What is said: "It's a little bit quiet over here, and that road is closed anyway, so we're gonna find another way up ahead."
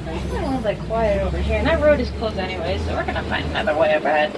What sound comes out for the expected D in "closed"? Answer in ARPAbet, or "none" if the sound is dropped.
none